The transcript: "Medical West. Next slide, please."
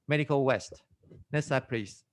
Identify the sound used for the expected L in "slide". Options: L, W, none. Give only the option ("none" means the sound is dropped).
none